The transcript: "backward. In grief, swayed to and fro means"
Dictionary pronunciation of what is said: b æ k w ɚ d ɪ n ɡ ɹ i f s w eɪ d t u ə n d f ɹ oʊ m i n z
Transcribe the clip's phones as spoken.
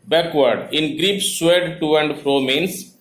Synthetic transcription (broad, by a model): b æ k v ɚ d ɪ n ɡ ɹ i p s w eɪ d t u ə n d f ɹ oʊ m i n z